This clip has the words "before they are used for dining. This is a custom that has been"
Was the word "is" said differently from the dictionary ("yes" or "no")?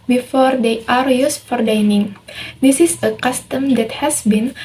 yes